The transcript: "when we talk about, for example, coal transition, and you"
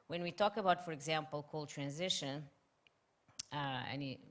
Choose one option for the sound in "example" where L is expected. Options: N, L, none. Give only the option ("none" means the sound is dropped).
L